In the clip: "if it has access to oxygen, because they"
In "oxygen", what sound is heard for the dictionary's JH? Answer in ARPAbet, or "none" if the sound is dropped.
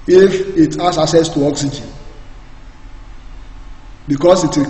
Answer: JH